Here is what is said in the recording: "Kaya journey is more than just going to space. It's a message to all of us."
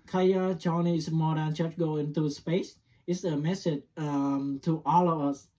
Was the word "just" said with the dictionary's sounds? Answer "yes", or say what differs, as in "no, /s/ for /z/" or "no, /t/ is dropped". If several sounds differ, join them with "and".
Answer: no, /tʃ/ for /dʒ/